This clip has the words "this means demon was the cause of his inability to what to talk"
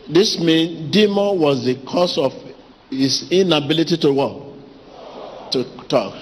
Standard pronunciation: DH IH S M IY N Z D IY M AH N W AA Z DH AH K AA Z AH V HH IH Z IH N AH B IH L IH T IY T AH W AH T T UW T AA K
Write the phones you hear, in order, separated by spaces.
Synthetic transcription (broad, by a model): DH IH S M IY N D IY M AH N W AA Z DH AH K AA S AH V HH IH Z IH N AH B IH L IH T IY T AH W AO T T UW T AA K